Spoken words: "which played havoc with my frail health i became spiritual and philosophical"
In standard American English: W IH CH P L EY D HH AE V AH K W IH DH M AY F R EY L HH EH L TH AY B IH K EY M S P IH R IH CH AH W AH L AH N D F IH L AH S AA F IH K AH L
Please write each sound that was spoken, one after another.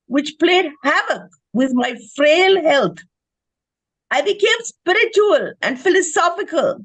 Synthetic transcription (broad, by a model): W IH CH P L EY D HH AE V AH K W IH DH M AY F R EY L HH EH L T AY B IH K EY M S P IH R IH CH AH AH L AH N D F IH L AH S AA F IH K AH L